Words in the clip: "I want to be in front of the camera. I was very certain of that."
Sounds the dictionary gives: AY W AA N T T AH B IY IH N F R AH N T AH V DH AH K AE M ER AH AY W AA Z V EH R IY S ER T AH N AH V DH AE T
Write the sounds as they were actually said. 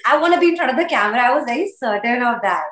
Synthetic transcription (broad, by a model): AY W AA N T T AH B IY IH N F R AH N AH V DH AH K AE M ER AH AY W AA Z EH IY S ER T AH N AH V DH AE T